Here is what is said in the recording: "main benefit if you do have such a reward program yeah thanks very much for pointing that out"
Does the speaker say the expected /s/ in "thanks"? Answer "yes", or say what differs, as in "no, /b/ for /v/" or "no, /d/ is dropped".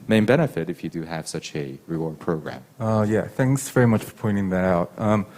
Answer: yes